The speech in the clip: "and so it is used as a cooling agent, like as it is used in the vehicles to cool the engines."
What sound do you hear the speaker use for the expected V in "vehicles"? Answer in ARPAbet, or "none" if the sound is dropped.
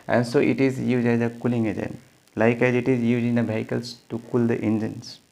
B